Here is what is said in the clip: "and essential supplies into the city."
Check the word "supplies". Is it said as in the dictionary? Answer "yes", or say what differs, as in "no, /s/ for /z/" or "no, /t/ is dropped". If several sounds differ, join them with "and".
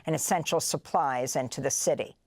yes